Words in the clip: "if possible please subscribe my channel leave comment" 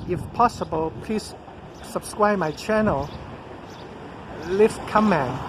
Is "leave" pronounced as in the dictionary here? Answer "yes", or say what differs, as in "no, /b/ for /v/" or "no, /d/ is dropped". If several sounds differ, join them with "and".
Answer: no, /f/ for /v/